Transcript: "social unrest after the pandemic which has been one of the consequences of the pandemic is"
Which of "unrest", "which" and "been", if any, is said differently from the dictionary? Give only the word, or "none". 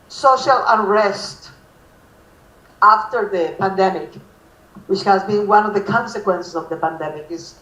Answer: unrest